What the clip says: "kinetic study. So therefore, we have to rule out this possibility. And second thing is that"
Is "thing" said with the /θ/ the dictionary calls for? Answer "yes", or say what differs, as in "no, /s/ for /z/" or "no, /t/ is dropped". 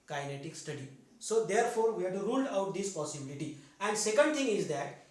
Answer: no, /t/ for /θ/